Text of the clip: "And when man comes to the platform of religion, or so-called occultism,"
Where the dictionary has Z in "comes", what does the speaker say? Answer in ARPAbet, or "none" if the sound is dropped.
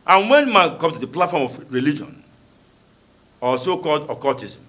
none